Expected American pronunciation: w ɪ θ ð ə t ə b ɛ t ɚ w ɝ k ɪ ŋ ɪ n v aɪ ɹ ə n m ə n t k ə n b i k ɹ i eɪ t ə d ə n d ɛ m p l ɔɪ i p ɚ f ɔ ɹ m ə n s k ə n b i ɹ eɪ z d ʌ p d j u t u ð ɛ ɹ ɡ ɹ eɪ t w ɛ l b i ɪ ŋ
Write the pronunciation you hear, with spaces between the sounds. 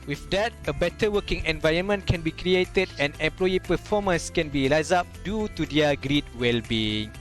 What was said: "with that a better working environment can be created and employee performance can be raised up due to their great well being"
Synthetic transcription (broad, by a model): w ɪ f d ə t ə b ɛ t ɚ w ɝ k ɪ ŋ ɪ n v aɪ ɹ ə n m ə n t k ə n b i k ɹ i eɪ t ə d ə n ɛ m p l ɔɪ i p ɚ f ɔ m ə n s k ə n b i l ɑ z ɑ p d j u t u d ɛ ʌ ɡ ɹ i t w ɛ l b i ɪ ŋ